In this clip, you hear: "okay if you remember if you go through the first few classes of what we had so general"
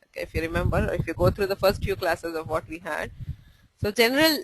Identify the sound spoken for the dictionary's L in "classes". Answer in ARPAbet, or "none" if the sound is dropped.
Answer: L